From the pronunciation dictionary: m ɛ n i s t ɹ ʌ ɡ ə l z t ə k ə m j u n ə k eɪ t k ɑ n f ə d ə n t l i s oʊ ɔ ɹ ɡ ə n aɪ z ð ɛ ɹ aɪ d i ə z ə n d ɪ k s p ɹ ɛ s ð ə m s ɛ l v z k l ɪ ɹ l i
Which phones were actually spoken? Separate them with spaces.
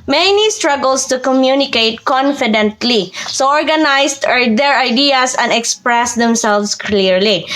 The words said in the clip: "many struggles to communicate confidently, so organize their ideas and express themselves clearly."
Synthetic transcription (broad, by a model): m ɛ n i s t ɹ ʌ ɡ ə l s t ə k ə m j u n ə k eɪ t k ɑ n f ə d ə n t l i s oʊ ɔ ɹ ɡ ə n aɪ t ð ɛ ɹ aɪ d i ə s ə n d ɪ k s p ɹ ɛ s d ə m s ɛ l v s k l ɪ ɹ l i